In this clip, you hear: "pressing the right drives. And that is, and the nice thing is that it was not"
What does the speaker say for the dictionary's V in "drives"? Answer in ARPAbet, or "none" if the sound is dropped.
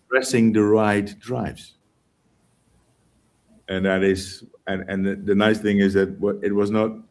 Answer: V